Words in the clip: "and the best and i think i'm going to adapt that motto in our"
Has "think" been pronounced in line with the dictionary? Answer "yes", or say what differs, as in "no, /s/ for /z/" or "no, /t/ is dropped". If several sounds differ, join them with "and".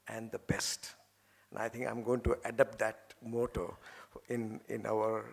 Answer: no, /t/ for /θ/